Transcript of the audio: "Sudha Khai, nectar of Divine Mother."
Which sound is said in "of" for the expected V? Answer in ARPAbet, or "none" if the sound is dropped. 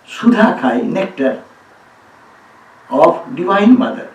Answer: B